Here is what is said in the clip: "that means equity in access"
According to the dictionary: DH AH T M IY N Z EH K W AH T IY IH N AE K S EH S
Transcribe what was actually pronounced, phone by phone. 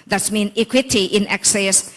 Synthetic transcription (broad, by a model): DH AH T M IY N IY K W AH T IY IH N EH K S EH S